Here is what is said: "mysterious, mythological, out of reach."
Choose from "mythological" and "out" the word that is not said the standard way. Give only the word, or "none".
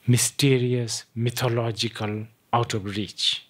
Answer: mythological